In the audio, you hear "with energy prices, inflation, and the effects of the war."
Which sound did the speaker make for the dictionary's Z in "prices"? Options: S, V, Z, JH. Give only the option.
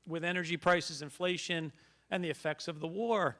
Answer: Z